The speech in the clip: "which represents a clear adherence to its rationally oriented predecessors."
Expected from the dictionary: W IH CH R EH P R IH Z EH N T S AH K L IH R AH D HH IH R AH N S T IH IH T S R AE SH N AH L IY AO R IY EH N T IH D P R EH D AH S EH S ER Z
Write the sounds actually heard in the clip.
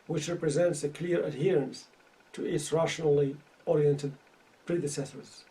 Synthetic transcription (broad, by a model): W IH CH R EH P R IH Z EH N T S AH K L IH R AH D HH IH R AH N S T IH IH T S R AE SH N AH L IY AO R IY EH N T IH D P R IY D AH S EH S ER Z